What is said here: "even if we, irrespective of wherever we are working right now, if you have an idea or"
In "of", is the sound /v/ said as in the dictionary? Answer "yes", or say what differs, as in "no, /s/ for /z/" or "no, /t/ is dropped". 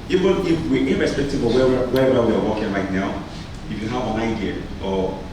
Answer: no, /w/ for /v/